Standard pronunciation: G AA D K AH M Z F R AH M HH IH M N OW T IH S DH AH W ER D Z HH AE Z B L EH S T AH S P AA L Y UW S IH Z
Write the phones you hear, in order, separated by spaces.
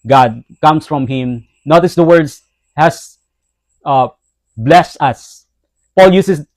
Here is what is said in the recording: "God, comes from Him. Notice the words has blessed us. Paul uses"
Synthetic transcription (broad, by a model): G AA D K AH M S F R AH M HH IH M N OW T IH S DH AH W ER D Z HH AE S B L EH S T AH S P AA L Y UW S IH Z